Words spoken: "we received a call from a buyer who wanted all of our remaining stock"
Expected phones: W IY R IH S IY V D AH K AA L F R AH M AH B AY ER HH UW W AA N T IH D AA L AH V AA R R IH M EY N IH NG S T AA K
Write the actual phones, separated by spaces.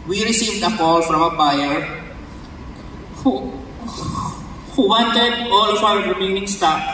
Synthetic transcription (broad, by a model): W IY R IH S IY V D AH K AA L F R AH M AH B AY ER HH UW W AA N T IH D AA L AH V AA W R IH M EY N IH NG S T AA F